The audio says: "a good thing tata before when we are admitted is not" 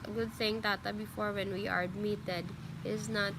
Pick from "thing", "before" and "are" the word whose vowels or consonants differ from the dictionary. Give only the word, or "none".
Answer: thing